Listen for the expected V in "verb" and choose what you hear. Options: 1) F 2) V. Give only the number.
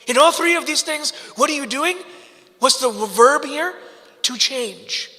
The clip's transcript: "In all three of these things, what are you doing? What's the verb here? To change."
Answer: 2